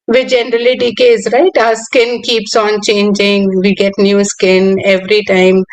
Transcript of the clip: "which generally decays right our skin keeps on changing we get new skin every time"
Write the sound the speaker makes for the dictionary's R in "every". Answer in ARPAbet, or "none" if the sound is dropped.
R